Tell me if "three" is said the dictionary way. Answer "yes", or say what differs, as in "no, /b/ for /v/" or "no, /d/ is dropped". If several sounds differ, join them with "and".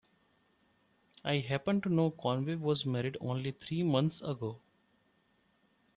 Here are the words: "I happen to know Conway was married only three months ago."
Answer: no, /t/ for /θ/